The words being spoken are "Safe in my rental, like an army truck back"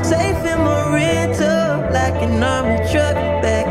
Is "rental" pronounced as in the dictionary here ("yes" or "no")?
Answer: no